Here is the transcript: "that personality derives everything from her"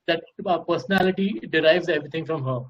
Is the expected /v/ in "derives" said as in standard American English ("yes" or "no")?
yes